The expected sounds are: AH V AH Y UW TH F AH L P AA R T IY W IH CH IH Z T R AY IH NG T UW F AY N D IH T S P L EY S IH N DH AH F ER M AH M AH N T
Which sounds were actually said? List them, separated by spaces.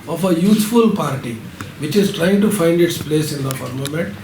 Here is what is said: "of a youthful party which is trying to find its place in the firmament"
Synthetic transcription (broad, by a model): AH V AH Y UW T F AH L P AA R T IY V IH CH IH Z T R AY IH NG T UW F AY N D IH T S P L EY S IH N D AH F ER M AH M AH N T